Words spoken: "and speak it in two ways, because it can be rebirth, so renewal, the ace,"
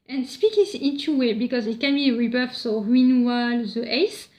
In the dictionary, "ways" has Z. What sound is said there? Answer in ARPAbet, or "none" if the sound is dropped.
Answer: none